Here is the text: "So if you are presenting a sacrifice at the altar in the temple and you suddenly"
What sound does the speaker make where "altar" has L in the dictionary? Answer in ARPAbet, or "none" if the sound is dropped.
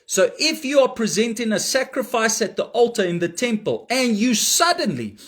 L